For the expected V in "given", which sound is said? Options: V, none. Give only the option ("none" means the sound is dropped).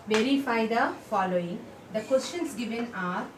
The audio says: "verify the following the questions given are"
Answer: V